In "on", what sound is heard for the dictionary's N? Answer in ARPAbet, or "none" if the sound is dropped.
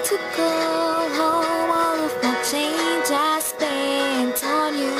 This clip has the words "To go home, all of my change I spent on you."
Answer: L